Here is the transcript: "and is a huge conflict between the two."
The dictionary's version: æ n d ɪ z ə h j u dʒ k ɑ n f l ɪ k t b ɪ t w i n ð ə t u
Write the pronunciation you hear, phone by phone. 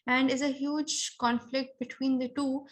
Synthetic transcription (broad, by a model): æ n d ɪ z ə h j u dʒ k ɑ n f l ɪ k t b ɪ t w i n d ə t u